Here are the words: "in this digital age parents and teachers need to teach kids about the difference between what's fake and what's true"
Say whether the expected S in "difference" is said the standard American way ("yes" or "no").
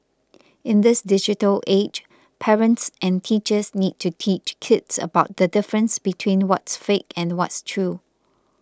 yes